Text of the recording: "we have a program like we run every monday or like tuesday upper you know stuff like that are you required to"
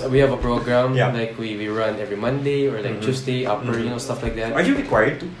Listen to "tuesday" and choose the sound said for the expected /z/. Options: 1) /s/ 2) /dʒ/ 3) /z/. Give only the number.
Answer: 1